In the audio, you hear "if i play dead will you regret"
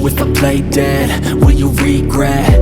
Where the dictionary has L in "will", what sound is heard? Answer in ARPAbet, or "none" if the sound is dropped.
N